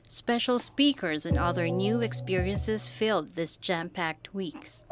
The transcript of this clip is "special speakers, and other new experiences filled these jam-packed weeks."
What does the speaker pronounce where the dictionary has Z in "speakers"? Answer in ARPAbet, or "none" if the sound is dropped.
Z